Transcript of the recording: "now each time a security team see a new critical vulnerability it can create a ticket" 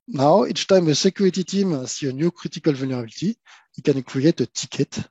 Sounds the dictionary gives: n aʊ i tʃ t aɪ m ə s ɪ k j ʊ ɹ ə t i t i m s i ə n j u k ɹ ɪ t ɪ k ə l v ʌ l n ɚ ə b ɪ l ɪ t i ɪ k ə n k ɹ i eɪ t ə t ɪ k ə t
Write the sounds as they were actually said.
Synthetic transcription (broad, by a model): n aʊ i s t aɪ m ə s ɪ k j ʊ ɹ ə t i t i m s i ə n j u k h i t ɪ k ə l v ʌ l n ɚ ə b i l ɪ t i ɪ k ə n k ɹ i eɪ t ə t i k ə t